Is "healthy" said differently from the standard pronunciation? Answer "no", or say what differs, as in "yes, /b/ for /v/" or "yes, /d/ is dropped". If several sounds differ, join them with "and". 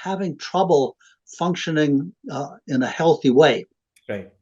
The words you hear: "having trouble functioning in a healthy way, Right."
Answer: no